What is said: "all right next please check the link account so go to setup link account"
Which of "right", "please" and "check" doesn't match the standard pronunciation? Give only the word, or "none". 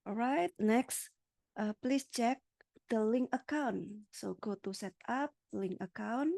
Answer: please